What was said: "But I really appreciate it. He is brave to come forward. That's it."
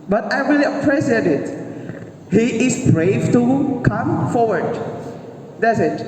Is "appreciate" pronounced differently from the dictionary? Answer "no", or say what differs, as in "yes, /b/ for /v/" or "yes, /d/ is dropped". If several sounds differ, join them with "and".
yes, /s/ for /ʃ/